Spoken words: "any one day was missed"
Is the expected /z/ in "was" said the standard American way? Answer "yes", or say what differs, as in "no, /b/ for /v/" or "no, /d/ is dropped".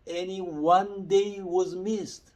yes